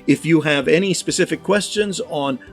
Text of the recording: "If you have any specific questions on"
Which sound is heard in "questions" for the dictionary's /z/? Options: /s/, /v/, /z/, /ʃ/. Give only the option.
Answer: /z/